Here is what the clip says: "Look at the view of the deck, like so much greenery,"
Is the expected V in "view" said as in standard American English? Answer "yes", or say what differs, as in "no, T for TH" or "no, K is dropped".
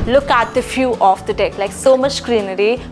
no, F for V